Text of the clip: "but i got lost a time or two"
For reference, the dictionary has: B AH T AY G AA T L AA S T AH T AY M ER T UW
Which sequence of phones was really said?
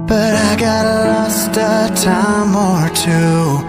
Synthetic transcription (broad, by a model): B AH T AY G AA T L AA S T AH T AY M ER T UW